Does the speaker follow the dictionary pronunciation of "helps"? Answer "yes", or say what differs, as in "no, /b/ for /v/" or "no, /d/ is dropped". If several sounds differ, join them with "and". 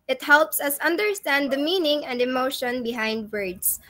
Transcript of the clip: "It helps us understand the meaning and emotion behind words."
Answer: yes